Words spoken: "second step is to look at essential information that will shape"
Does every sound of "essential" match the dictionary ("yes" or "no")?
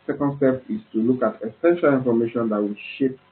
yes